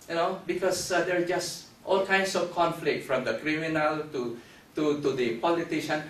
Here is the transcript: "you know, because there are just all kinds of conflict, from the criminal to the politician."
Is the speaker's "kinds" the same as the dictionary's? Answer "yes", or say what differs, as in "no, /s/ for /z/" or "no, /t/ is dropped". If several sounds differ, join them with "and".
no, /s/ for /z/